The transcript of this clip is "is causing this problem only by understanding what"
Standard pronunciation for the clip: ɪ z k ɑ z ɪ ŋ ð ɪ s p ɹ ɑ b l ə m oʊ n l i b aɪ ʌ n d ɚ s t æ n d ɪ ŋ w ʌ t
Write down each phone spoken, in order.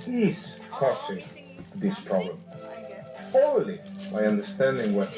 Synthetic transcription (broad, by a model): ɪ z k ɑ s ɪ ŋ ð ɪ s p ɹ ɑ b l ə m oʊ l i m aɪ ʌ n d ɚ s t æ n d ɪ ŋ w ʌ